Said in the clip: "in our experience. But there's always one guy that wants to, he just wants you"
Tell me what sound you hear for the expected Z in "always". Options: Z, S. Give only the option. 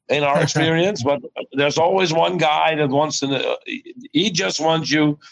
Z